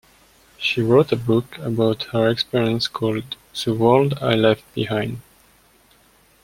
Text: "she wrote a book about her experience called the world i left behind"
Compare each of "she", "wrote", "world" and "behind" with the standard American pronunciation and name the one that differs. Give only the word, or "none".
none